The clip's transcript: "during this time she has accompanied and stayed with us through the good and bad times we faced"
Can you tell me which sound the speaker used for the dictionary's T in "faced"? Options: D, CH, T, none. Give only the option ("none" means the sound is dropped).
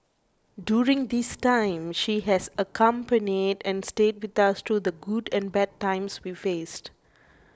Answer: T